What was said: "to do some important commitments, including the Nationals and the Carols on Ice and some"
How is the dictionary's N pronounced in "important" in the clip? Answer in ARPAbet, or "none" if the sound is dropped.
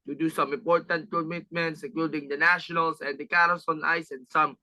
N